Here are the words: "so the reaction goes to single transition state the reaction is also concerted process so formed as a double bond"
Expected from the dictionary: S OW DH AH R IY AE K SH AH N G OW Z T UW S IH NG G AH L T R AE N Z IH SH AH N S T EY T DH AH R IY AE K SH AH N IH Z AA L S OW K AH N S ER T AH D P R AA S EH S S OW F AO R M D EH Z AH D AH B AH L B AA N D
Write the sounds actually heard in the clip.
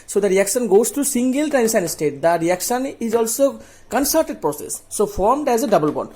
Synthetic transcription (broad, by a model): S OW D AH R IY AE K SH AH N G OW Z T UW S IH NG G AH L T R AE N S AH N S T EY T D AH R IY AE K SH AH N IH Z AA L S OW K AH N S ER T AH D P R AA S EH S S OW F AO R M D EH Z AH D AH B AH L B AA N